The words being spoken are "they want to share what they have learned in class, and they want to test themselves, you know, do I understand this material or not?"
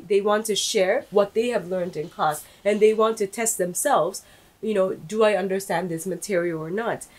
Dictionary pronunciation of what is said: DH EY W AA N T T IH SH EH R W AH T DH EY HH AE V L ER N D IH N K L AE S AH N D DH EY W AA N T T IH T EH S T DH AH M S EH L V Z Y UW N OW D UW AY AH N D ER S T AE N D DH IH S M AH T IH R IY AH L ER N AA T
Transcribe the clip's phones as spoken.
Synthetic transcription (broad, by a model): DH EY W AA N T T IH SH EH R W AH T DH EY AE V L ER N D IH N K AO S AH N DH EY W AA N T T IH T EH S T DH AH M S EH L V Z Y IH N OW D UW AY AH N D ER S T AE N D DH IH S M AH T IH R IY L ER N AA T